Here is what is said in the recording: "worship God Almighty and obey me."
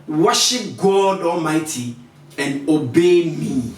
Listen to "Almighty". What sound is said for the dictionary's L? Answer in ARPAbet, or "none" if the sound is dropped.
L